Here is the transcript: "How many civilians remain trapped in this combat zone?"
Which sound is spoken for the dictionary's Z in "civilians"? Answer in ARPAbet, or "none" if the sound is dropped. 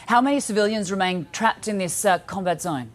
Z